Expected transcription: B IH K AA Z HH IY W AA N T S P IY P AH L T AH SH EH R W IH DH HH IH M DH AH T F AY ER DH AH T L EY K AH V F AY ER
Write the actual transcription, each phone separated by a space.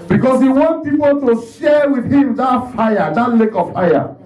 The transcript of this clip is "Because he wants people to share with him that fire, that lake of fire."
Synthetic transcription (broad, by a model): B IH K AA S HH IY W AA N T P IY P AH L T AH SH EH W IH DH HH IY M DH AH T F AY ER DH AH T L EY K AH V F AY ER